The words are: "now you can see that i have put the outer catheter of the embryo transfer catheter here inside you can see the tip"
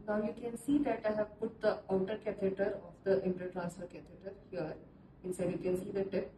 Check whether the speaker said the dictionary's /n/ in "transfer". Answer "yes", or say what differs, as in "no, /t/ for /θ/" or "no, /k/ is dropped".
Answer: no, /n/ is dropped